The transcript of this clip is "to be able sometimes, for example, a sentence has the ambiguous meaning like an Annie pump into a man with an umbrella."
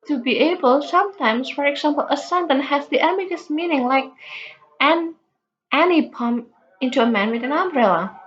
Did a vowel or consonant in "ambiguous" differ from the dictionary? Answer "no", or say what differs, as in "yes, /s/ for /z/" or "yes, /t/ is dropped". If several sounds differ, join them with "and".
yes, /b/ is dropped